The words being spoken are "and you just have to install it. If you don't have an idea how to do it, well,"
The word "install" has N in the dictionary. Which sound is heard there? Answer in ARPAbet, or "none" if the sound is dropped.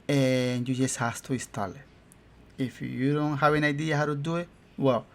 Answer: none